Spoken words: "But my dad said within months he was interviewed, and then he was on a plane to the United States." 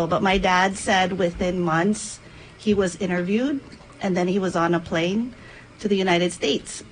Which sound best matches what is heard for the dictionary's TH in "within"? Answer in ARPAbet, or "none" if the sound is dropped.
TH